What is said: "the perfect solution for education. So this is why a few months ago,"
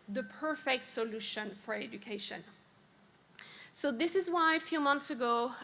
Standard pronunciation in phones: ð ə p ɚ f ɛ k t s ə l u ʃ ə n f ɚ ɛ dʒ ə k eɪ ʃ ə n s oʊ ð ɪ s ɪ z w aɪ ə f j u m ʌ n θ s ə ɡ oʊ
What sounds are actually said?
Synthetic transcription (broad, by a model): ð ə p ɚ f ɛ k t s ə l u ʃ ə n f ɚ ɛ dʒ ə k eɪ ʃ ə n s oʊ ð ɪ s ɪ z w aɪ ə f j u m ʌ n θ s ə ɡ oʊ